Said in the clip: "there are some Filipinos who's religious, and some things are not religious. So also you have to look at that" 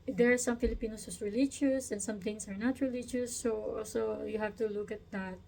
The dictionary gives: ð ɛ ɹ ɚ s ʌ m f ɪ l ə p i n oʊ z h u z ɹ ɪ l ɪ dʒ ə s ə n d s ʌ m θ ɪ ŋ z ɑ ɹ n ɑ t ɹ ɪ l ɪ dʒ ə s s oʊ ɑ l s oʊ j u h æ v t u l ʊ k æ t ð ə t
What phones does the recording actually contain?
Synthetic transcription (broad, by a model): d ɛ ɹ s ʌ m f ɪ l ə p i n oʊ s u s ɹ ɪ l ɪ dʒ ə s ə n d s ʌ m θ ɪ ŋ s ɑ ɹ n ɑ t ɹ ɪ l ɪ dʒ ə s s oʊ ɑ l s oʊ j u h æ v t u l ʊ k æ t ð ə t